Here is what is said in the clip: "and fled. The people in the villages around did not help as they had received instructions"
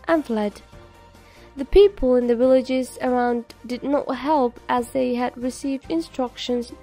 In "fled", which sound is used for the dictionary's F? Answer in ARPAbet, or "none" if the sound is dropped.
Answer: F